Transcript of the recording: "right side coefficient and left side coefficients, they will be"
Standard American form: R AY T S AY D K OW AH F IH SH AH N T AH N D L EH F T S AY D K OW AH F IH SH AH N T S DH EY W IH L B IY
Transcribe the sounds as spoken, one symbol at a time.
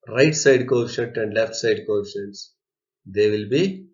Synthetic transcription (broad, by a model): R AY T S AY D K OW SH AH T AH N D L EH F T S AY D K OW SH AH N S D EY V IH L B IY